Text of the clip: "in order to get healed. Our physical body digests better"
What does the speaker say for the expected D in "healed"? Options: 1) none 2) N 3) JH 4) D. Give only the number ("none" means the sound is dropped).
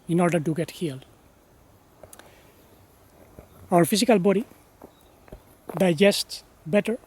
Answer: 1